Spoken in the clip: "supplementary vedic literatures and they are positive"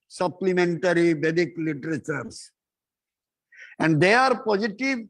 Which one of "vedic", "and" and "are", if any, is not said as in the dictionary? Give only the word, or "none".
vedic